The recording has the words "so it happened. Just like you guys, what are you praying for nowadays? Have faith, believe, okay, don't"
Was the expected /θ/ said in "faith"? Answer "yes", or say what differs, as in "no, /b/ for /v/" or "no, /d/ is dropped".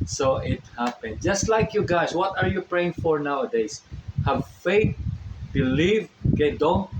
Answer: no, /t/ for /θ/